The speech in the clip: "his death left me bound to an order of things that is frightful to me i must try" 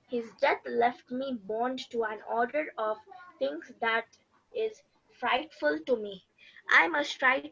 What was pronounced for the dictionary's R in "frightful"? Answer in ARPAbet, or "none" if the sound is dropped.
R